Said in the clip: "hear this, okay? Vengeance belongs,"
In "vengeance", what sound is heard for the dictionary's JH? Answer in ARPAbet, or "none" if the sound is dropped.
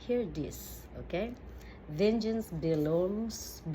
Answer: JH